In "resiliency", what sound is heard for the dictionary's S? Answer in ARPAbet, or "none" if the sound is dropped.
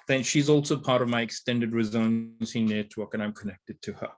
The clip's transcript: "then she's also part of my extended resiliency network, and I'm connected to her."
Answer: none